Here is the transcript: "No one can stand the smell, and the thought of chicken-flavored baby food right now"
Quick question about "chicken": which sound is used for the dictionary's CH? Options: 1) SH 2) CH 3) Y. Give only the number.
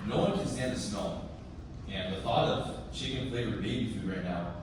1